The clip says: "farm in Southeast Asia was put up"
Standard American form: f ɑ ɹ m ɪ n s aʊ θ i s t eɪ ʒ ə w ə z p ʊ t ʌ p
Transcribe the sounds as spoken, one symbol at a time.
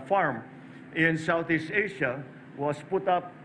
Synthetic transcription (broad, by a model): f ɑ ɹ m ɪ n s aʊ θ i s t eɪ ʃ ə w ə s p ʊ t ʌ p